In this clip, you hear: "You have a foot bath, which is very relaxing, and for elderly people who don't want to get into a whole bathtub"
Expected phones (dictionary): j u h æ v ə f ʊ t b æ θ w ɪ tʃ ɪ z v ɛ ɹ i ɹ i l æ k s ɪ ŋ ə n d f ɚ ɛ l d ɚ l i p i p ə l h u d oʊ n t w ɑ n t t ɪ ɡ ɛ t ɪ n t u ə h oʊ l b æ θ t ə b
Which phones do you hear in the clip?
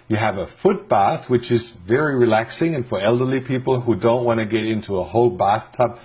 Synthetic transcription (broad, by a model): j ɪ v ə f ʊ t b æ θ w ɪ tʃ ɪ z v ɛ ɹ i ɹ i l æ k s ɪ ŋ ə n f ɚ ɛ l d ɚ l i p i p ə l h u d oʊ n t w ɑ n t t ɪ ɡ ɛ t ɪ n t u ə h oʊ l b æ θ t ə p